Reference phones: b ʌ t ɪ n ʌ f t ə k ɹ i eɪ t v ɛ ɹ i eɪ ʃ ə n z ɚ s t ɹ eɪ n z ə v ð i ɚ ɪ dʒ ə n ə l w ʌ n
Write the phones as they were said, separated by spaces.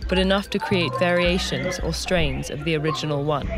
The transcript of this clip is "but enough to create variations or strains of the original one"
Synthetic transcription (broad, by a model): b ʌ t ɪ n ʌ f t ə k ɹ i eɪ t v ɛ ɹ i eɪ ʃ ə n z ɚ s t ɹ eɪ n z ə v ð i ɚ ɪ dʒ ə n ə l w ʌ n